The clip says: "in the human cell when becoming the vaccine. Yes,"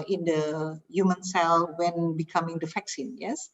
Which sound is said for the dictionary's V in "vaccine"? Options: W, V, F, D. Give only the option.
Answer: F